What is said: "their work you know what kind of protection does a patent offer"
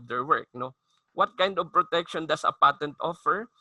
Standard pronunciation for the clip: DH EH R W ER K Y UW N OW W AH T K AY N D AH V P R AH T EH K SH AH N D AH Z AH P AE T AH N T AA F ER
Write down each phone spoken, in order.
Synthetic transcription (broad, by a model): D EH R W ER K N OW W AH T K AY N D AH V P R AH T EH K SH AH N D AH S AH P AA T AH N T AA F ER